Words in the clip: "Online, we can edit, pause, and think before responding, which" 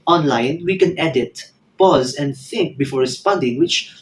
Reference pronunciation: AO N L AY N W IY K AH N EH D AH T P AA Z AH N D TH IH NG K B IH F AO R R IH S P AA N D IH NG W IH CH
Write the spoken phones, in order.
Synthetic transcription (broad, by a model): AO N L AY N W IY K AH N EH D AH T P AA Z AH N D TH IH NG K B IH F AO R R IH S P AA N D IH NG W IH CH